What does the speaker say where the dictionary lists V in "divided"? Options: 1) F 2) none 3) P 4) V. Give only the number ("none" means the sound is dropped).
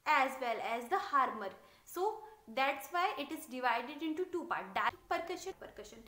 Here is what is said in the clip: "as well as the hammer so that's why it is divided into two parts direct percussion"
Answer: 4